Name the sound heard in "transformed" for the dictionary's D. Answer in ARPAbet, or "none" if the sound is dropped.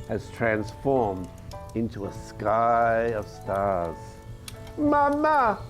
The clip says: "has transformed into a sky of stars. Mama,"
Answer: D